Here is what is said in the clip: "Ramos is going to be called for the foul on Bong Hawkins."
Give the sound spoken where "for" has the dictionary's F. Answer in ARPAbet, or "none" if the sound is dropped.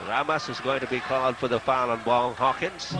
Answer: F